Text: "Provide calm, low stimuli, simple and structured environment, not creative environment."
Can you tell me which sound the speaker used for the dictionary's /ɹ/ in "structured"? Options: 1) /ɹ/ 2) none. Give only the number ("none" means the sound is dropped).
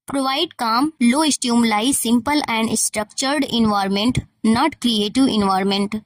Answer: 1